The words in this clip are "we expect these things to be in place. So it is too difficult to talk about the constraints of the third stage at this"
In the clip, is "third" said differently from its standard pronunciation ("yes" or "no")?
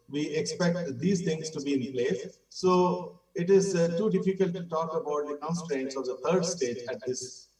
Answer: yes